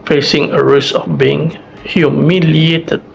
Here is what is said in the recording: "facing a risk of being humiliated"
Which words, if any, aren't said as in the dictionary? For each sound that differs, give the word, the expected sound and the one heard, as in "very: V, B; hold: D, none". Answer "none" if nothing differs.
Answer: risk: K, none; of: V, F